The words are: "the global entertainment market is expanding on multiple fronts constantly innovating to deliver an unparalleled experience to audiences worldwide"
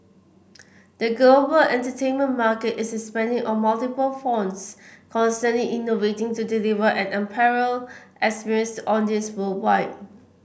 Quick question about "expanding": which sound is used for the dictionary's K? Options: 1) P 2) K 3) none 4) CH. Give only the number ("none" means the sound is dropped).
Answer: 3